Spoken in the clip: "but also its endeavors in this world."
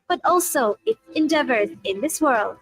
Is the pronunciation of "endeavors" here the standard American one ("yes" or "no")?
yes